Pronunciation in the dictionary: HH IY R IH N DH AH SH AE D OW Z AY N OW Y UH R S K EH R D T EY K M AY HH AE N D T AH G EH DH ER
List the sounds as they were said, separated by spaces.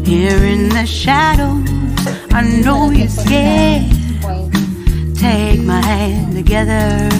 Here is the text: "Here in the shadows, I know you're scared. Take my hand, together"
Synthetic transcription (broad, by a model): HH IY R IH N DH AH SH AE D OW AY N OW Y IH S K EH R T EY K M AY HH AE N T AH G EH DH ER